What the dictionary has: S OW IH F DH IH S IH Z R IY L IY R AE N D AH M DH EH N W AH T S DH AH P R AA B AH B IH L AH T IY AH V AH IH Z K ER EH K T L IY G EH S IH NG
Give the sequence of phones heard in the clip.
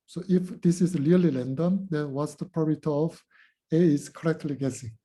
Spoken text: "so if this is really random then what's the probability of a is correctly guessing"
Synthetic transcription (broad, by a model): S OW IH F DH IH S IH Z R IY L IY L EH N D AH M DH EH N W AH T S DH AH P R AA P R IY AH T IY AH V AH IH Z K ER EH K T L IY G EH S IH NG